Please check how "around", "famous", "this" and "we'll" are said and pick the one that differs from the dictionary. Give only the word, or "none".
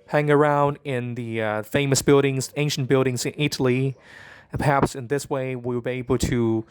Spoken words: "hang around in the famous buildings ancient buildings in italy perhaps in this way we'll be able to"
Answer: we'll